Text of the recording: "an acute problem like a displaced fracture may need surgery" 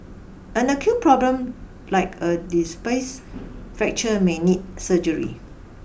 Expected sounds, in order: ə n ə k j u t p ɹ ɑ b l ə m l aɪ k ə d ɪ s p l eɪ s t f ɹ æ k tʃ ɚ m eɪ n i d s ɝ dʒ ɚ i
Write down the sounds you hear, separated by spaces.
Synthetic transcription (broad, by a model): ə n ə k j u t p ɹ ɑ b l ə m l aɪ k ə d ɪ s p eɪ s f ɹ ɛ k tʃ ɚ m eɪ n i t s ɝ dʒ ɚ i